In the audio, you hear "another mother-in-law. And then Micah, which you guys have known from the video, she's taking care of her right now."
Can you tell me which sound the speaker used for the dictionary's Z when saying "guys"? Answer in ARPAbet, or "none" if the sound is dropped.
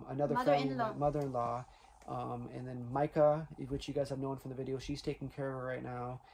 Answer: Z